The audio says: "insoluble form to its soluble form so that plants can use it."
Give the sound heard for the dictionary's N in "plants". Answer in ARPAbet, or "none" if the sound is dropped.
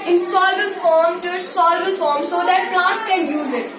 none